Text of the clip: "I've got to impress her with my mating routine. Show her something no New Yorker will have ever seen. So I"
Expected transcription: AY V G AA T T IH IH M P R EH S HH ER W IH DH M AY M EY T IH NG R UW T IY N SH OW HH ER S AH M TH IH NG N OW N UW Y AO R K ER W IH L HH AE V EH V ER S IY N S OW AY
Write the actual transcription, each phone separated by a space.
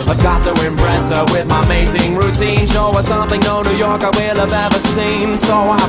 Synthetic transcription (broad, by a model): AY V G AA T T IH IH M P R EH S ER W IH DH M AY M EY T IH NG R UW T IY N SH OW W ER S AH M TH IH NG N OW N UW Y AO R K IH W IH L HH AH V EH V ER S IY N S OW AY